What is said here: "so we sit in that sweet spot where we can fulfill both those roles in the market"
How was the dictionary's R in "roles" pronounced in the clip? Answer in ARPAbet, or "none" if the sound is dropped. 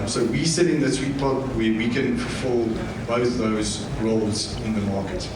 R